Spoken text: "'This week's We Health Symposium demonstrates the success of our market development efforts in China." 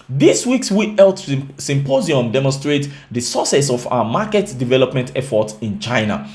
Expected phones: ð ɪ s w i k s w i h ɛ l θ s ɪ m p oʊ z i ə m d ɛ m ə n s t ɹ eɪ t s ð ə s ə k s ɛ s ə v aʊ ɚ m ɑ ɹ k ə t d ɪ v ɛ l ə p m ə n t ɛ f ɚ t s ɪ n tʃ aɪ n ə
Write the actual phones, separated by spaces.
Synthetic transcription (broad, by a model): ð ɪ s w i k s w i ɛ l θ s ɪ m p oʊ z i ə m d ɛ m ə n s t ɹ eɪ t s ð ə s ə s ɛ s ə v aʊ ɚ m ɑ k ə t d ɪ v ɛ l ə p m ə n t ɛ f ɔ t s ɪ n tʃ aɪ n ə